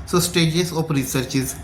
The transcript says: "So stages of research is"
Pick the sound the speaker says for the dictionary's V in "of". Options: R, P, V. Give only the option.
P